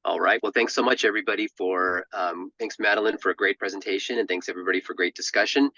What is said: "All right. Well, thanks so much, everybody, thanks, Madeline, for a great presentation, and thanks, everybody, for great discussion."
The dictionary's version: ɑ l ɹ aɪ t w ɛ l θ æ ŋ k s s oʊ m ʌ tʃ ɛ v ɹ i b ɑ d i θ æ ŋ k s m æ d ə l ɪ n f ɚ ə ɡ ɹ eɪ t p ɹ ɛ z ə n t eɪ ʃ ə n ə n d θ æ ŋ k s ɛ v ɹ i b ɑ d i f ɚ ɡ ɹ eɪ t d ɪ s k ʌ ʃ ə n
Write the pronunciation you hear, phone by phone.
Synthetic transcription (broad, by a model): ɑ l ɹ aɪ t w ɛ l θ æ ŋ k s s oʊ m ʌ tʃ ɛ v ɹ i b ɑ d i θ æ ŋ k s m æ d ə l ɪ n f ɚ ə ɡ ɹ eɪ t p ɹ ɛ z ə n t eɪ ʃ ə n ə n θ æ ŋ k s ɛ v ɹ i b ɑ d i f ɚ ɡ ɹ eɪ t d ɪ s k ʌ ʃ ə n